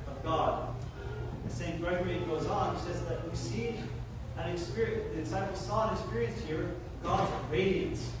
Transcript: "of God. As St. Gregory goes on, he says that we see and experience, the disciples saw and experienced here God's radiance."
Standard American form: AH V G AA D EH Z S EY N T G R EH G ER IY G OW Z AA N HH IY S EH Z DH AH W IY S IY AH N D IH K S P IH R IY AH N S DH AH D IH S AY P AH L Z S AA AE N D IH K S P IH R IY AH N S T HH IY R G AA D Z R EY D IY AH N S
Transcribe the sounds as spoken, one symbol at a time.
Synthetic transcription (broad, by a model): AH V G AA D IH S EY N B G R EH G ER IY G OW Z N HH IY S EH Z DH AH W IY S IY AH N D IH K S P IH R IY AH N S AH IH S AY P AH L S AA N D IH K S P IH R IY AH N S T HH IY R G AA D Z R EY D IY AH N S